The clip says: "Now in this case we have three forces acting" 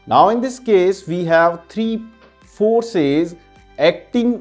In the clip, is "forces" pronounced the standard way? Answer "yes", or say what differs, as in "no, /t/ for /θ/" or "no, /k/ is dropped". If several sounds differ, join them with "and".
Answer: yes